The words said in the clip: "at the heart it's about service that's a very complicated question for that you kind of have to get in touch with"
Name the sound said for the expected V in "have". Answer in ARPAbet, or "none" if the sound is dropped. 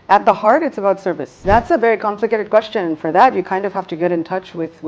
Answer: F